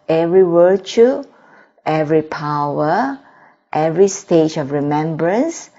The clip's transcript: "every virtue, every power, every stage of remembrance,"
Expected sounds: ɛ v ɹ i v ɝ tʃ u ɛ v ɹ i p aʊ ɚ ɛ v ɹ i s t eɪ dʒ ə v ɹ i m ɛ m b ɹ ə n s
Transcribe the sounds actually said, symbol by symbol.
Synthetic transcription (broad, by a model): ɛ v ɹ i w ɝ tʃ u ɛ v ɹ i p aʊ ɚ ɛ v ɹ i s t eɪ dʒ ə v ɹ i m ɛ m b ɹ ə n s